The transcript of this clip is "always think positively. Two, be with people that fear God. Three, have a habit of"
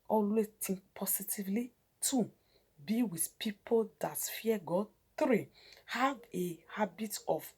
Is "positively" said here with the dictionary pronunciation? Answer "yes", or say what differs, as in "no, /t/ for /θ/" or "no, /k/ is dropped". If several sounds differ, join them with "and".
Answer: no, /s/ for /z/